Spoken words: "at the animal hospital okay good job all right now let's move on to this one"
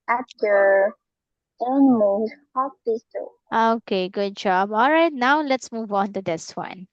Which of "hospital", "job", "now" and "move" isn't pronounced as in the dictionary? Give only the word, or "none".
hospital